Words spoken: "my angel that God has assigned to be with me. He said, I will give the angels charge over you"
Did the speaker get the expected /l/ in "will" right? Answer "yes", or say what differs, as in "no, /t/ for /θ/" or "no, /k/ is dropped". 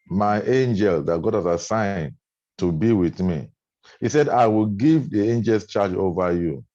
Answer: yes